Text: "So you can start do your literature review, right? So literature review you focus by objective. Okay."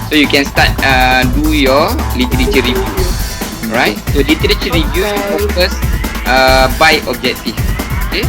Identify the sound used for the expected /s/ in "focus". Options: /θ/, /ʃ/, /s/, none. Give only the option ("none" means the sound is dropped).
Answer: none